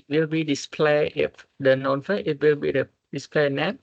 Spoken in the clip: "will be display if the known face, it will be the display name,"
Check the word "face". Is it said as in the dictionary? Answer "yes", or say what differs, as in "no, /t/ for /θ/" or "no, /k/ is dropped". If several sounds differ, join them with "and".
no, /s/ is dropped